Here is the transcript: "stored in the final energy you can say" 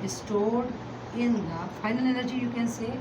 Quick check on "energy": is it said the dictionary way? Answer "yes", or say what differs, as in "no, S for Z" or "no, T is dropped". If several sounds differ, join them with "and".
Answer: no, L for N